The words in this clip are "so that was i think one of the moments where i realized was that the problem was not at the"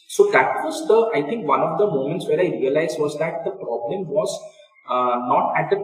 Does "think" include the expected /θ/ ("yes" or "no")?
no